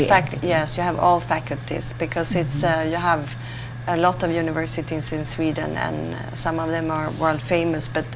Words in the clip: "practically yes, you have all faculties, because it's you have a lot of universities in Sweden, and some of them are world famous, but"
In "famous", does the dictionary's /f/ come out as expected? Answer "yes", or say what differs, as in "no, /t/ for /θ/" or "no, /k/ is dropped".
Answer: yes